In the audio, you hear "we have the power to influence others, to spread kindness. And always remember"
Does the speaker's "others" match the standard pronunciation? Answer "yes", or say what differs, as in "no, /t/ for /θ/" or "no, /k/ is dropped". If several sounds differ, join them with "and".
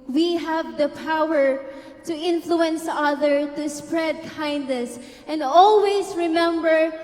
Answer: no, /z/ is dropped